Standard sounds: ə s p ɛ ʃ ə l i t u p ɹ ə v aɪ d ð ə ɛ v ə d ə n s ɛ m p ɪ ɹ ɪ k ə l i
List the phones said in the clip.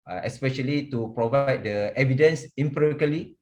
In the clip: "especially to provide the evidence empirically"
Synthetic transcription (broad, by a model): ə s p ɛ ʃ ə l i t u p ɹ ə v aɪ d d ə ɛ v ə d ə n s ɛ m p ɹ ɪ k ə l i